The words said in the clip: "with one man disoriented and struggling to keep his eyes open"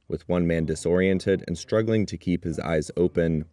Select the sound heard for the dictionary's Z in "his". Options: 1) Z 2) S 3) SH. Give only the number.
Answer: 1